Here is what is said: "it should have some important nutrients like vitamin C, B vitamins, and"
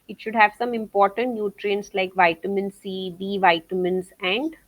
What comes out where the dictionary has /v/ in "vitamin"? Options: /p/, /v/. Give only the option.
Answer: /v/